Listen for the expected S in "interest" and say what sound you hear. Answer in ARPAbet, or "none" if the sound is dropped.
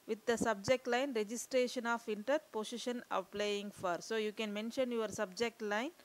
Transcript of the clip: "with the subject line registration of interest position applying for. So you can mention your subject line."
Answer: none